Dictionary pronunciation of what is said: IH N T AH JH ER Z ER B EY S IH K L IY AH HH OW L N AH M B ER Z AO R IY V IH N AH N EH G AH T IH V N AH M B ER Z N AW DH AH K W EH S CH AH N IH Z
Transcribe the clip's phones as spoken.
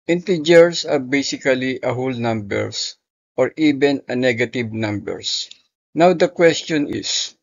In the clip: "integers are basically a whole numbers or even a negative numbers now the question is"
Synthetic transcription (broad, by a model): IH N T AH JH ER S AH B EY S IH K L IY AH HH OW L N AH M B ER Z AO R IY B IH N AH N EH G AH T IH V N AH M B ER S N AW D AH K W EH S CH AH N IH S